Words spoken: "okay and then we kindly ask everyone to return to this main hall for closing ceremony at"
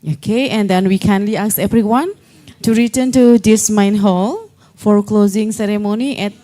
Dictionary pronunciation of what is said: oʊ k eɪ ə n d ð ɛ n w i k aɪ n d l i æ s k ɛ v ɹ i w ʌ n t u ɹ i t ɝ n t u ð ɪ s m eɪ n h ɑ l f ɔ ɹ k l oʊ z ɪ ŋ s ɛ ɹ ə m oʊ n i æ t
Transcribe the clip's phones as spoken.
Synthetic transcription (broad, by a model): oʊ k eɪ ə n d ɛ n w i k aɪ n l i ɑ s ɛ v ɹ i w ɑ n t u ɹ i t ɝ n t u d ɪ s m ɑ n h ɑ l f ɔ ɹ k l oʊ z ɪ ŋ s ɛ ɹ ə m oʊ n i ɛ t